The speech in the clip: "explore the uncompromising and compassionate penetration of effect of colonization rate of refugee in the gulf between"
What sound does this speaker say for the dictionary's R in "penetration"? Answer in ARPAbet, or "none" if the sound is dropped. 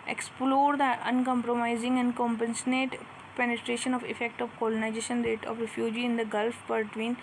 R